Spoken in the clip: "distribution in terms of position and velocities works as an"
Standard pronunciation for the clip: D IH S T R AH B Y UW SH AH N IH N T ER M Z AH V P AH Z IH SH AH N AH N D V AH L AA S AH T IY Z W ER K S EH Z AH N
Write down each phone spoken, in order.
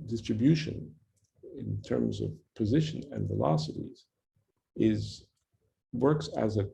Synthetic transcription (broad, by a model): D IH S T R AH B Y UW SH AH N IH N T ER M Z AH V P AH Z IH SH AH N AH N V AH L AA S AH T IY Z W ER K S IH Z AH